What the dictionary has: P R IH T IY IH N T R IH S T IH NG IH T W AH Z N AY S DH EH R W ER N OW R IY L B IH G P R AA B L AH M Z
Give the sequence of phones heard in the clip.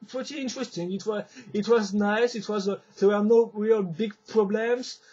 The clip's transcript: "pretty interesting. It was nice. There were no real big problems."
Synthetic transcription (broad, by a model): P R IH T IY IH N T R IH S T IH NG IH T W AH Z N AY S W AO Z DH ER N OW R IY L B IH G P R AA B L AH M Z